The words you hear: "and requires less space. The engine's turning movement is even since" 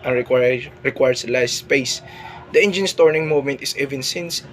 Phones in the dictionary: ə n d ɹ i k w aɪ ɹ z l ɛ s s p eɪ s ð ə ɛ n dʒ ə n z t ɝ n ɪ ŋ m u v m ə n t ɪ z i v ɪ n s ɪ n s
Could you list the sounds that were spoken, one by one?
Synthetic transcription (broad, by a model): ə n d ɹ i k w aɪ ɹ s l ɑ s s p eɪ s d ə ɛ n dʒ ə n s t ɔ n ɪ ŋ m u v m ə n t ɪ s i v ɪ n s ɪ n s